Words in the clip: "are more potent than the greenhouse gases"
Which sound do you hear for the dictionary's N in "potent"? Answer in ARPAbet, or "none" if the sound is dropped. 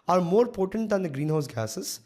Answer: N